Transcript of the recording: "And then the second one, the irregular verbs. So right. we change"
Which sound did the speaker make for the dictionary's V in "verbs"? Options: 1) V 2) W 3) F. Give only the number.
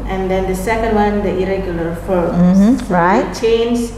3